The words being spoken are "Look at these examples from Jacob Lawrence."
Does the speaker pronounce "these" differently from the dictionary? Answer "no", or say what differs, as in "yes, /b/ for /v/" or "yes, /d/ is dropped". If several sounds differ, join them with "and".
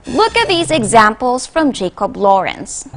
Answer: no